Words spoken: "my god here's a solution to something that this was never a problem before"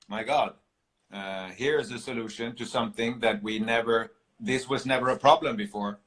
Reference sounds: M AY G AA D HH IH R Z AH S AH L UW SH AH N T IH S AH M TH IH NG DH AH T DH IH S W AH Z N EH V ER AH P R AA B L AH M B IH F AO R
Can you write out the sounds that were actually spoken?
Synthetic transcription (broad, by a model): M AY G AA D HH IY R Z AH S AH L UW SH AH N T IH S AH M TH IH NG DH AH T DH IH S W AH Z N EH V ER AH P R AA B L AH M B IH F AO R